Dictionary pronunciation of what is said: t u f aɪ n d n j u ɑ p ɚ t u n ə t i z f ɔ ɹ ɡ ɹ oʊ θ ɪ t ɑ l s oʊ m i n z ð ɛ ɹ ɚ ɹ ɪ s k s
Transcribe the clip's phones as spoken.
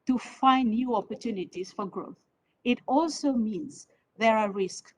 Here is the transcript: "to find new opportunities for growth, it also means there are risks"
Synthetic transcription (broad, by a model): t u f aɪ n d n j u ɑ p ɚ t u n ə t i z f ɔ ɹ ɡ ɹ oʊ θ ɪ t ɑ l s oʊ m i n z ð ɛ ɹ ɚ ɹ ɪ s k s